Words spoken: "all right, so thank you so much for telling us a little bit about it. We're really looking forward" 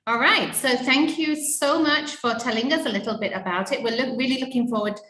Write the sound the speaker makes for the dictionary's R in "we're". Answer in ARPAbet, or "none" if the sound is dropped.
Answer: L